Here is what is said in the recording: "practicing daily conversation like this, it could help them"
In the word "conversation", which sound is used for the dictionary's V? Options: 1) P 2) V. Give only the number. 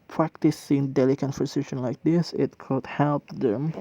1